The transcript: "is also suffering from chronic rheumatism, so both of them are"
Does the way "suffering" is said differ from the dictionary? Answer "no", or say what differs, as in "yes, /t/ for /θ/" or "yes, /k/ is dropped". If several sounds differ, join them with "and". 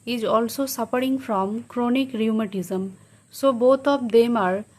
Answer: yes, /p/ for /f/